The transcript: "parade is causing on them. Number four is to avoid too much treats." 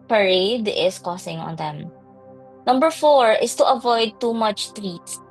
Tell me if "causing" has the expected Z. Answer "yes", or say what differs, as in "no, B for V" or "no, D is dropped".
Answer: no, S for Z